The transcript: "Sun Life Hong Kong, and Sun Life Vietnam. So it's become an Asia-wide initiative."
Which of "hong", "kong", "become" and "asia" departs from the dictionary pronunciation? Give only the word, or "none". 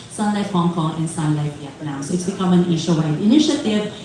asia